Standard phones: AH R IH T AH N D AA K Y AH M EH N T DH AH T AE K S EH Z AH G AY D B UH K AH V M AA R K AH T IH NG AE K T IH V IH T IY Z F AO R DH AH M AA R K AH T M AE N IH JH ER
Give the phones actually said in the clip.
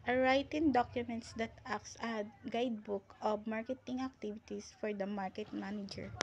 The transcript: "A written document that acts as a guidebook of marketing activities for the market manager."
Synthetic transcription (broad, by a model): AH R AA T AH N D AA K Y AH M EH N T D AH T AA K S AH G AY D B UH K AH B M AA R K AH T IH NG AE K T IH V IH T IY S F AO R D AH M AA R K AH T M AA N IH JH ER